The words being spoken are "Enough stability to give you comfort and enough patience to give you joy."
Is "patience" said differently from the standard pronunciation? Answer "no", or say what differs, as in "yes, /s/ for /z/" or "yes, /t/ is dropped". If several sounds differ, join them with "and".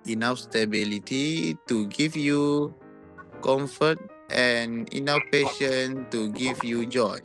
yes, /s/ is dropped